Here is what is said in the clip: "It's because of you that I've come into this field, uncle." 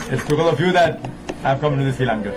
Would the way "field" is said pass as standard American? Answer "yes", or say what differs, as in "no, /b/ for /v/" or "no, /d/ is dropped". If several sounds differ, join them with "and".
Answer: no, /d/ is dropped